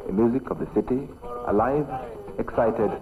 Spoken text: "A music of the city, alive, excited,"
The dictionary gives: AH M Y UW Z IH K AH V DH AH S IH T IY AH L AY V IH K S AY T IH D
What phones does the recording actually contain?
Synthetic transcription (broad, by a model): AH M Y UW Z IH K AH V DH AH S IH T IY AH L AY V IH K S AY T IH D